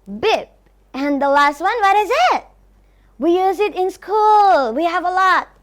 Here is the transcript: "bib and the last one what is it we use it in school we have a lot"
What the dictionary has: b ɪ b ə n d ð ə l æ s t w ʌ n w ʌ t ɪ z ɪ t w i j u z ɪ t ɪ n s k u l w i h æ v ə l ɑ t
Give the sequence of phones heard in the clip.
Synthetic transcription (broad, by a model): b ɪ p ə n ð ə l æ s t w ʌ n w ʌ t ɪ z ɪ t w i j u z ɪ t ɪ n s k u l w i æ v ə l ɑ t